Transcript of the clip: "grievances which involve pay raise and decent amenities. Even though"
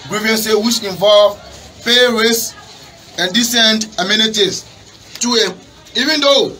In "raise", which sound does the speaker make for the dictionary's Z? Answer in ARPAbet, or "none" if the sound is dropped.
S